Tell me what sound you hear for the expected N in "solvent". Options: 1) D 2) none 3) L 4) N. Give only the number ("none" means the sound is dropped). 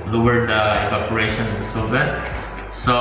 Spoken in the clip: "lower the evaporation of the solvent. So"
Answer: 2